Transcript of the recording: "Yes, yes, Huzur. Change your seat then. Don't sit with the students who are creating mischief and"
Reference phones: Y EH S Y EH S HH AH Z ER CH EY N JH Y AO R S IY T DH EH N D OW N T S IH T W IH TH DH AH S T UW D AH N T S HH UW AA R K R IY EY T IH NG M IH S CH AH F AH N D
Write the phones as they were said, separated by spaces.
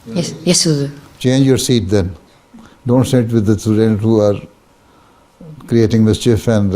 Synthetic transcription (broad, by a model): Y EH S Y EH S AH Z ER CH EY N JH Y AO R S IY T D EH N D OW N T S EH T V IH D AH S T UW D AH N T HH UW AA R K R IY EY T IH NG M IH S CH AH F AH N D